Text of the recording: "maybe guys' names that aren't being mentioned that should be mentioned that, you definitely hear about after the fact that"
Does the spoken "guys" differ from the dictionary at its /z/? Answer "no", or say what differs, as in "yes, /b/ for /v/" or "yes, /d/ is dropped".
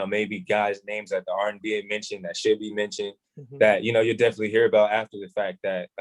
no